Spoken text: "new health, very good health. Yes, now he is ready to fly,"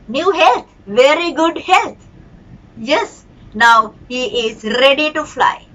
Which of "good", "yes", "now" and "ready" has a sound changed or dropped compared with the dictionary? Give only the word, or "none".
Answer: none